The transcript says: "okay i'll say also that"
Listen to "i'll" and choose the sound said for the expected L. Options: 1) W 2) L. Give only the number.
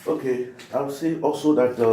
1